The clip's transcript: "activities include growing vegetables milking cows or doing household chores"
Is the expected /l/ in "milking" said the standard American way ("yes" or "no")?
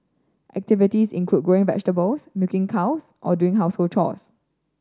no